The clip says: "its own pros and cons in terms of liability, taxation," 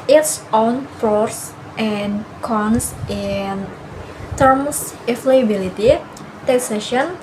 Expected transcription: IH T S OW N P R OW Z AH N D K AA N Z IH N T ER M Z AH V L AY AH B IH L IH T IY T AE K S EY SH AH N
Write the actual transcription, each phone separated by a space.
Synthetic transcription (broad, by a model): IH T S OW N F R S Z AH N K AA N S IH N T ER M S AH F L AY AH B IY L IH T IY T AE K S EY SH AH N